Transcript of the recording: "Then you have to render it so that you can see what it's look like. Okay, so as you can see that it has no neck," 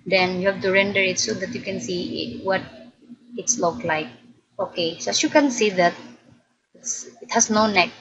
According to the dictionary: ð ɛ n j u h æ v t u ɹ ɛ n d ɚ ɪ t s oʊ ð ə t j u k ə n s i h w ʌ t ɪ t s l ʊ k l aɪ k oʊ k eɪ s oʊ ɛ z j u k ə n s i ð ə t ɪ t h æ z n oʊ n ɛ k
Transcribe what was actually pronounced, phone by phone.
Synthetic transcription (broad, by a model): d ɛ n j u h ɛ f t u ɹ ɛ n d ɚ ɪ t s oʊ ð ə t j u k ə n s i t w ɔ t ɪ t s l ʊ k l aɪ k oʊ k eɪ s oʊ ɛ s j u k ə n s i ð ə t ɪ t h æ s n oʊ n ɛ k